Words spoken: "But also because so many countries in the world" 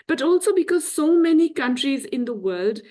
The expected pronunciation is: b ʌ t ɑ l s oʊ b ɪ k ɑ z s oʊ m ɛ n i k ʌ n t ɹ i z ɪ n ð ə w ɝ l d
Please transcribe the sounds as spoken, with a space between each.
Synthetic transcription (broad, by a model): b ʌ t ɑ l s oʊ b ɪ k ɑ z s oʊ m ɛ n i k ʌ n t ɹ i z ɪ n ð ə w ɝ l d